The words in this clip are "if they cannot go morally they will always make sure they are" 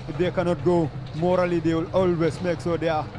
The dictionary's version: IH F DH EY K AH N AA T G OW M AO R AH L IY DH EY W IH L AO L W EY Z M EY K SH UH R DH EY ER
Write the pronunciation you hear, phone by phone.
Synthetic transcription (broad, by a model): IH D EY K AH N AA T G OW M AO R AH L IY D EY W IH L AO L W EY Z M EY K S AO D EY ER